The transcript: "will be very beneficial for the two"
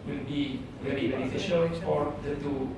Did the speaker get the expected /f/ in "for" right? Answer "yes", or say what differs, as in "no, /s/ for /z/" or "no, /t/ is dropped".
no, /p/ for /f/